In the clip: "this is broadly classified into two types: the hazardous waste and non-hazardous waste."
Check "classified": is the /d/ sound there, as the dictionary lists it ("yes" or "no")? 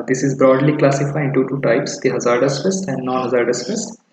no